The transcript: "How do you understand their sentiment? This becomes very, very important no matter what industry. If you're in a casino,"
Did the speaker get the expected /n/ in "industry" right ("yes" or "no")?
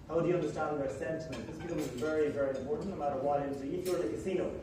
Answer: no